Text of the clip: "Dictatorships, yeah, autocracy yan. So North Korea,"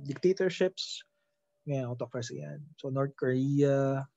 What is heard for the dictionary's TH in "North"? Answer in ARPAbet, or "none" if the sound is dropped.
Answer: T